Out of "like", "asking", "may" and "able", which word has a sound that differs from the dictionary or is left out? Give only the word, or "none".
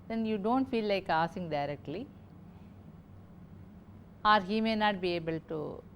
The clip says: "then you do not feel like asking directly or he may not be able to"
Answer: asking